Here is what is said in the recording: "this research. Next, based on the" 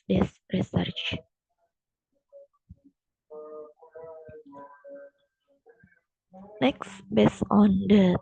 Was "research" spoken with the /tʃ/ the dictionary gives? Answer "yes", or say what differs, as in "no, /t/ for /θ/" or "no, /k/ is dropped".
yes